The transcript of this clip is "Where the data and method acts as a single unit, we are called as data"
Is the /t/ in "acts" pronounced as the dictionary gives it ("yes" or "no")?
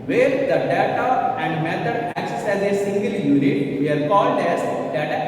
no